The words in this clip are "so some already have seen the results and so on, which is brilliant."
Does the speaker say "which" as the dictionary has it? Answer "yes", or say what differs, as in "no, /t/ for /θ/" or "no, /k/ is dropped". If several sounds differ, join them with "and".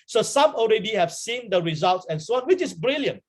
yes